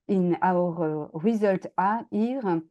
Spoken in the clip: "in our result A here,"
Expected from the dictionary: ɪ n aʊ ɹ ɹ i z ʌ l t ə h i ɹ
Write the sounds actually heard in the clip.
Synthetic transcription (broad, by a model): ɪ n aʊ ɹ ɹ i z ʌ l t ə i ɹ